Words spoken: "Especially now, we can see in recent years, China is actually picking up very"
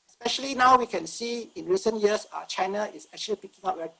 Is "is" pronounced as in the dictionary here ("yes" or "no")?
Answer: no